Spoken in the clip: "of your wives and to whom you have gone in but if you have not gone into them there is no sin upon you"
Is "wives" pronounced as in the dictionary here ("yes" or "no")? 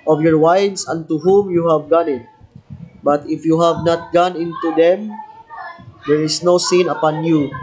no